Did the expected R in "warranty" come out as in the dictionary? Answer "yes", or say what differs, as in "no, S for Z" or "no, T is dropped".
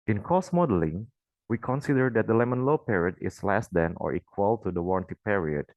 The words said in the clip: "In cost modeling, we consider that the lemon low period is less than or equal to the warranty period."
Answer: yes